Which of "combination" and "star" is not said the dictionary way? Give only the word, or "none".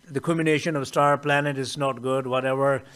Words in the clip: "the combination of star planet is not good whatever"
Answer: combination